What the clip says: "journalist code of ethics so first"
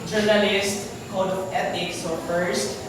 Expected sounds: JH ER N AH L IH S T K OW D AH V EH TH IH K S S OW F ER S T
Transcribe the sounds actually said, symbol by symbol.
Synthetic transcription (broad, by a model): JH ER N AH L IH S T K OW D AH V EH T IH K S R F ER S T